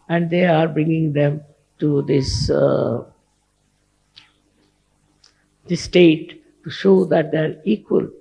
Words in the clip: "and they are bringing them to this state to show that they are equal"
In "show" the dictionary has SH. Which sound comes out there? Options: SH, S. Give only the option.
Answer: SH